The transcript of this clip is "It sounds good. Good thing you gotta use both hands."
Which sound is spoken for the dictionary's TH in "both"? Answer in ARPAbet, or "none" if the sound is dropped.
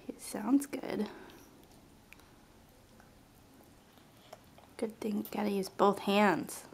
TH